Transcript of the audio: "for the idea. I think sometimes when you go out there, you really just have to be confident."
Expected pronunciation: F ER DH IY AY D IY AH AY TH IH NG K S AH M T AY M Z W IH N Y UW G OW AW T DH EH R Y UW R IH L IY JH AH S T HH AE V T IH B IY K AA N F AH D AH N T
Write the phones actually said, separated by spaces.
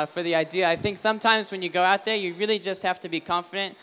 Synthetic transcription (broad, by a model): F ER DH IY AY D IY AH AY TH IH NG K S AH M T AY M Z W IH N Y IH G OW AW T DH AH R Y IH R IH L IY JH AH S T HH AE F T IH B IY K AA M F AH D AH N T